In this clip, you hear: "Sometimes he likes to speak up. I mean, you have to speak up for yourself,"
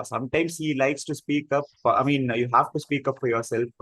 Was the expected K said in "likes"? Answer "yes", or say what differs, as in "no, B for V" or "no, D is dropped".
yes